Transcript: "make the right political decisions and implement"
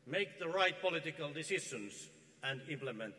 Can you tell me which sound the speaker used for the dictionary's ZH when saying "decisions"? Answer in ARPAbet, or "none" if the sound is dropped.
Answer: SH